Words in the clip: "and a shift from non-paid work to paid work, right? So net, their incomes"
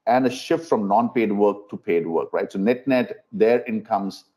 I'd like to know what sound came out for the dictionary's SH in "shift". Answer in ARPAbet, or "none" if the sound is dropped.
SH